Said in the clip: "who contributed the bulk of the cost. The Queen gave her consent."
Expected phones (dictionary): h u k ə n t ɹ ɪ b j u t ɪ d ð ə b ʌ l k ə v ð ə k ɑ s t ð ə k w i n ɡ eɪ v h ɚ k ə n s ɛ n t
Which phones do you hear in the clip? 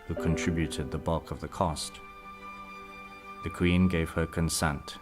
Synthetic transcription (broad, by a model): h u k ə n t ɹ ɪ b j u t ɪ d ð ə b ʌ l k ə v ð ə k ɑ s t ð ə k w i n ɡ eɪ v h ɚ k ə n s ɛ n t